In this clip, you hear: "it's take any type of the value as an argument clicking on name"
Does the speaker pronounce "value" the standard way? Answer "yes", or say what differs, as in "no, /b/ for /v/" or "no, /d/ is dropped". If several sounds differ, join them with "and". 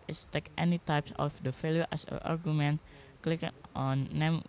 no, /f/ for /v/